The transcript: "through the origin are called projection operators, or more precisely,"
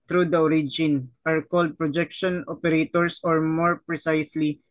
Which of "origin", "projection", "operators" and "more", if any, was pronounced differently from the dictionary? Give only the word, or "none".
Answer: operators